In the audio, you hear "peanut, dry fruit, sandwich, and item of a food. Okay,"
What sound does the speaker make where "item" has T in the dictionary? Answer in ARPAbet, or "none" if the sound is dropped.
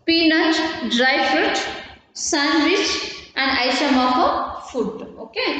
S